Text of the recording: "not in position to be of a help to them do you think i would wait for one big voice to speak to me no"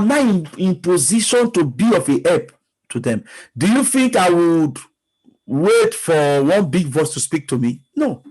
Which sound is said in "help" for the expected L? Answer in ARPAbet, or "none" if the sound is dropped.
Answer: none